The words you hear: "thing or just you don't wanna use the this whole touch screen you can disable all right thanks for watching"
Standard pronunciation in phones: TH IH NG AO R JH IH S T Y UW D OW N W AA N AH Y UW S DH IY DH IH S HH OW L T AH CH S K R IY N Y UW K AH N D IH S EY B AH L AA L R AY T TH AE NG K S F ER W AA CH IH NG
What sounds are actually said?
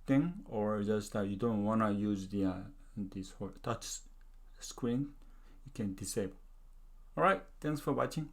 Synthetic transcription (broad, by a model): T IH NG AO R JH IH S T Y UW D OW N W AA N AH Y UW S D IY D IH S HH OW T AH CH S K R IY N Y UW K AH N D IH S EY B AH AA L R AY T T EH NG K S F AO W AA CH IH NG